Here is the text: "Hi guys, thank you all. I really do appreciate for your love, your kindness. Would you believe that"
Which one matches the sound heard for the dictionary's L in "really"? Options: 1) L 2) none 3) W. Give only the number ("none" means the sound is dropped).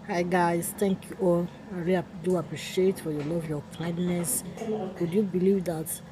2